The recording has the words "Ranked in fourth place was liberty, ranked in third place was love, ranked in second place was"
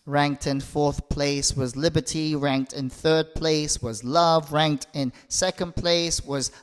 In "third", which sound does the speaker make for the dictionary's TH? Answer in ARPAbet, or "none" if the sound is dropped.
TH